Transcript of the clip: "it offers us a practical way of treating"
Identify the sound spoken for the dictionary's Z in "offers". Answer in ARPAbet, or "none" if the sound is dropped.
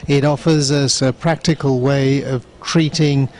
Z